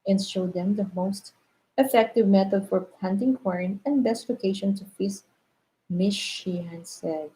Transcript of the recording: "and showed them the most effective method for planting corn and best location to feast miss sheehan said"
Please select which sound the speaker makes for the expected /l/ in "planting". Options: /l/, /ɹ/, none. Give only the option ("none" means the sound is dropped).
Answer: none